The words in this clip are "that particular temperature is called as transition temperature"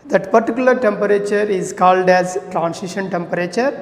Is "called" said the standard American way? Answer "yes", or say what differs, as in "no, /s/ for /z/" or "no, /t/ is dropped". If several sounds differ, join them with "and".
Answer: yes